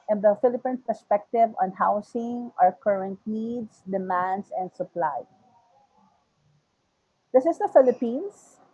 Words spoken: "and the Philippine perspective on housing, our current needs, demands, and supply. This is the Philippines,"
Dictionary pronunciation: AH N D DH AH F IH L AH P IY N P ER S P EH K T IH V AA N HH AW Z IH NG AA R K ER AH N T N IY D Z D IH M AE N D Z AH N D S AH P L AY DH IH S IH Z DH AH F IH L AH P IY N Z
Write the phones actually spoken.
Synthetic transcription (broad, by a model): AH N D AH F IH L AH P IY N P ER S P EH K T IH V AA N HH AW S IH NG AA R K ER AH N T N IY D S D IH M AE N D S AH N D S AH P L AY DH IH S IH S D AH F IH L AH P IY N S